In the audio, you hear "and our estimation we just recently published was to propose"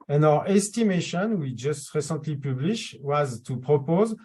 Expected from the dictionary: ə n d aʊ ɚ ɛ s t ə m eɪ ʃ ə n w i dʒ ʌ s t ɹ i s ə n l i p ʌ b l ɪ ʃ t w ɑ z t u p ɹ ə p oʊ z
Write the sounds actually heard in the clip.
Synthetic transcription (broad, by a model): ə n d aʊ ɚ ɛ s t ə m eɪ ʃ ə n w i dʒ ʌ s t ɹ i s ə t l i p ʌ b l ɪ ʃ w ɑ z t u p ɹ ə p oʊ z